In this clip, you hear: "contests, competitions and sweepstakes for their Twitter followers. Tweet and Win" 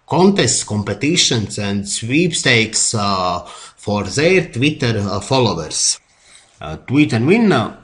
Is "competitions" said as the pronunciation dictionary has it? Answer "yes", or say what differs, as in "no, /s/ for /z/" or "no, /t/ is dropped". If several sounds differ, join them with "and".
no, /s/ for /z/